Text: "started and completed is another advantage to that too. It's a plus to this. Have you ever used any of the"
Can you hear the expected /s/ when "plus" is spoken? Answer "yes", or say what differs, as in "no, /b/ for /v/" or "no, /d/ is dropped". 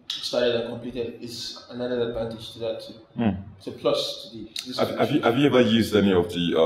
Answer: yes